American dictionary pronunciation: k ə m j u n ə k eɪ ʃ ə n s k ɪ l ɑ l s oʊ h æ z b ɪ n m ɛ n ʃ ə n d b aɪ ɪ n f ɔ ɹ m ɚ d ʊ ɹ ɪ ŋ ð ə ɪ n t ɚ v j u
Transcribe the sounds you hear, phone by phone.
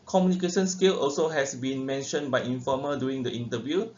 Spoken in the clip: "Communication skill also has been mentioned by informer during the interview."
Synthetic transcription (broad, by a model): k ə m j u n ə k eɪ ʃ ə n s k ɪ l ɑ l s oʊ h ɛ s b ɪ n m ɛ n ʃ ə n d b aɪ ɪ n f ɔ m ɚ d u ɪ ŋ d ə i n t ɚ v j u